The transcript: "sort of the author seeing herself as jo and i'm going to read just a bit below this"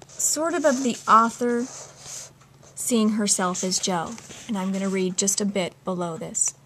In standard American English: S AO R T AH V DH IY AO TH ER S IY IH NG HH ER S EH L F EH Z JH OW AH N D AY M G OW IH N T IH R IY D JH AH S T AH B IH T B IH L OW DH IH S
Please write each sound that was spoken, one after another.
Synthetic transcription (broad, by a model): S AO R T AH V DH IY AO TH ER S IY IH NG HH ER S EH L F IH Z JH OW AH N AY M G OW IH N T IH R IY D JH AH S T AH B IH T B IH L OW DH IH S